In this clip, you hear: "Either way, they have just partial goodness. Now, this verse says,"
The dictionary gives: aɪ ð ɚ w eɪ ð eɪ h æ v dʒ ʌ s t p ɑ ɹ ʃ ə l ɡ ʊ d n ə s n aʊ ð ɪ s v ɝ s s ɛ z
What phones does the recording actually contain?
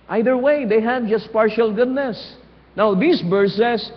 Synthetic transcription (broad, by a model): aɪ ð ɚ w eɪ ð eɪ h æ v dʒ ʌ s t p ɑ ɹ ʃ ə l ɡ ʊ d n ə s n aʊ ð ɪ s b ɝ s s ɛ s